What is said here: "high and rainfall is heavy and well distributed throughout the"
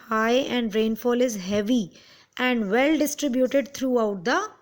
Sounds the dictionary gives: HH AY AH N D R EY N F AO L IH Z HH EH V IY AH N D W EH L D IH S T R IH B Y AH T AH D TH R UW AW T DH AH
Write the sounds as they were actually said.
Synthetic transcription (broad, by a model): HH AY AH N D R EY N F AO L IH Z HH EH V IY AH N D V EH L D IH S T R IH B Y AH T AH D T R UW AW T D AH